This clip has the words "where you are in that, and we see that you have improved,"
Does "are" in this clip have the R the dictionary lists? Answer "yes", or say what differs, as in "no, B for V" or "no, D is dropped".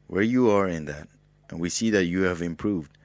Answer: yes